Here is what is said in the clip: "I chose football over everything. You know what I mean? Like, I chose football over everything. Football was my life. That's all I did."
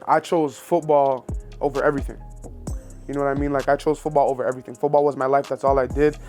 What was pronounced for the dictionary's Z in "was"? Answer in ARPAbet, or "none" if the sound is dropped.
Z